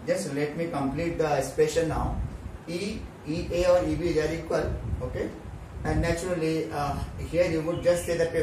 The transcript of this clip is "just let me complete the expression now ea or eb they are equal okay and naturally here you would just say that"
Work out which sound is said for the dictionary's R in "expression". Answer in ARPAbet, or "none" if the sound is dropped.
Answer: none